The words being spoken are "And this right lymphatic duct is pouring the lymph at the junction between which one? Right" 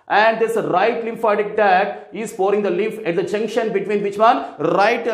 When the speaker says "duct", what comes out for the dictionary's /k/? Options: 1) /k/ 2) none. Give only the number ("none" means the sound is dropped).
2